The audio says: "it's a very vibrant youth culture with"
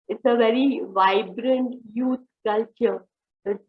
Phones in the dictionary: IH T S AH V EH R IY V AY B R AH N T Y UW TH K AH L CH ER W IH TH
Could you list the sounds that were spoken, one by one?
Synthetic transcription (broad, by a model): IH T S AH V EH R IY V AY B R AH N T Y UW T K AH L CH ER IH